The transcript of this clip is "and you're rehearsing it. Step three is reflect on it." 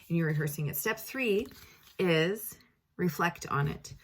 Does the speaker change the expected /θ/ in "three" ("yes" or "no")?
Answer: no